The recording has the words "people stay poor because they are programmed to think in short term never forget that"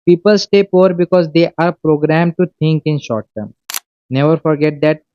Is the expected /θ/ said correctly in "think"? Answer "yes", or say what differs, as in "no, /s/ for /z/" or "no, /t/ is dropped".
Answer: no, /t/ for /θ/